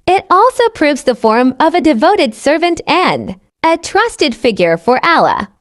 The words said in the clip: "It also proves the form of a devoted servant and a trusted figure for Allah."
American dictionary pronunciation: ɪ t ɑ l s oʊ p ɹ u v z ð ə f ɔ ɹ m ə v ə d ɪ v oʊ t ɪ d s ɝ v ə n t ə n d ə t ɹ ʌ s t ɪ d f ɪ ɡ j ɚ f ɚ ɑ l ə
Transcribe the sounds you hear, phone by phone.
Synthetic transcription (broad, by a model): ɪ t ɑ l s oʊ p ɹ u v z ð ə f ɔ ɹ m ə v ə d ɪ v oʊ t ɪ d s ɝ v ə n t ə n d ə t ɹ ʌ s t ɪ d f ɪ ɡ j ɚ f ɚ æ l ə